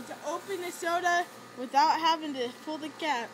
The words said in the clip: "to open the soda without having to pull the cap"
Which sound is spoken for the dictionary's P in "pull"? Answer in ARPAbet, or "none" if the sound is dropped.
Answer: F